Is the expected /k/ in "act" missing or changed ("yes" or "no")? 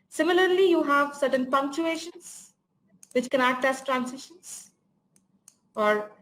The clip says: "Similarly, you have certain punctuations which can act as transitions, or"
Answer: yes